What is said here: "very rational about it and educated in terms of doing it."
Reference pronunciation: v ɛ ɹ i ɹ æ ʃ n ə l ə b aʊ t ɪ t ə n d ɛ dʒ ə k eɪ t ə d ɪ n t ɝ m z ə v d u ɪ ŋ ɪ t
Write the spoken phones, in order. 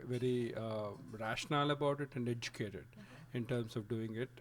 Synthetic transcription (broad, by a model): v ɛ ɹ i ɹ æ ʃ n ə l ə b aʊ t ɪ t ə n d ɛ dʒ ə k eɪ t ə d ɪ n t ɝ m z ə v d u ɪ ŋ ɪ t